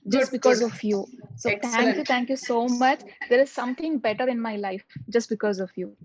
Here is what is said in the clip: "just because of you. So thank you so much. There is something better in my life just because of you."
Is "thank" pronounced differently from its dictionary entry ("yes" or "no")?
yes